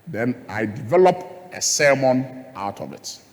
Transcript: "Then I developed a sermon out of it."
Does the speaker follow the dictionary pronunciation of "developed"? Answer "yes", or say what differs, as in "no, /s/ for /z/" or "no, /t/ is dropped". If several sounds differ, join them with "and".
no, /t/ is dropped